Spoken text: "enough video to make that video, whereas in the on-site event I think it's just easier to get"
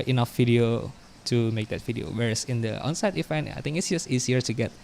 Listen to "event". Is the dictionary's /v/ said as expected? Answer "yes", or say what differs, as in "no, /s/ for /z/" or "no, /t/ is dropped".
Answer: no, /f/ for /v/